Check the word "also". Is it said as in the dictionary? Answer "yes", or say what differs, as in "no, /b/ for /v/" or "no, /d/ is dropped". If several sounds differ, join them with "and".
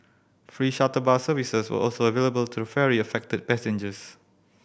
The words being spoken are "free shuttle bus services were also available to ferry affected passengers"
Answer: yes